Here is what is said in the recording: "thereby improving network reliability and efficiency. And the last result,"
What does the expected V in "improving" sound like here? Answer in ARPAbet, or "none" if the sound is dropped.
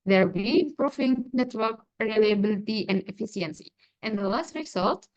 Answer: F